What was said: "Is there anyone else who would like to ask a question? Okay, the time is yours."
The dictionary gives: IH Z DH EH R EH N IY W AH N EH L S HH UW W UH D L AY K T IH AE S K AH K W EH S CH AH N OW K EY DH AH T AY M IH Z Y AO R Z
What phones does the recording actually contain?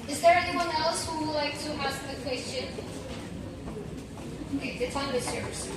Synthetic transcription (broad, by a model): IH Z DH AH R EH N IY W AH N EH L S HH UW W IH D L AY K T IH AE S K AH K W EH S CH AH N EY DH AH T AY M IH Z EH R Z